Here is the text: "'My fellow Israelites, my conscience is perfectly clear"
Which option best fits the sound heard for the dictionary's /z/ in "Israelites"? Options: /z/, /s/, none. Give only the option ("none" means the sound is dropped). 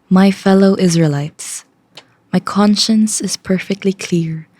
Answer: /z/